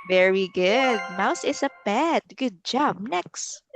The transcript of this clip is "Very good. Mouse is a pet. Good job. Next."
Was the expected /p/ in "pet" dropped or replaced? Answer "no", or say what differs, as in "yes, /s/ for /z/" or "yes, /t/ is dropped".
yes, /b/ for /p/